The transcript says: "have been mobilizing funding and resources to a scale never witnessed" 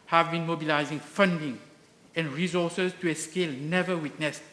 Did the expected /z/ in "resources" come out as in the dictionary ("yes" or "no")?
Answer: no